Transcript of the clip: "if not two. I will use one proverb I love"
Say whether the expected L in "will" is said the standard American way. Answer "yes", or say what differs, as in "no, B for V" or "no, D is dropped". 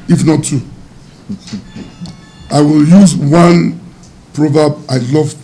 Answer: yes